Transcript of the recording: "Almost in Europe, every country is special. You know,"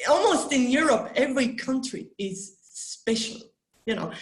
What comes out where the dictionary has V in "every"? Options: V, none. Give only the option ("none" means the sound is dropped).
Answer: V